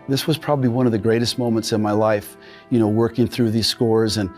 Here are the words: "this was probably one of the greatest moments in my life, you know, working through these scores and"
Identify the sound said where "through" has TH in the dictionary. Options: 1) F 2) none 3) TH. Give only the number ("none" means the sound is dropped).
3